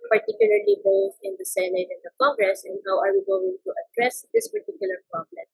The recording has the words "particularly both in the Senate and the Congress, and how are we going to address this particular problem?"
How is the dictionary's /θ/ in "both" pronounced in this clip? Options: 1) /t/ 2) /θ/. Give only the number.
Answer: 1